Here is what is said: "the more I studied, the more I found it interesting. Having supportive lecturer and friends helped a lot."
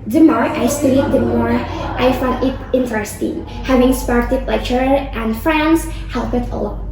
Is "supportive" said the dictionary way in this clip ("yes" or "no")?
no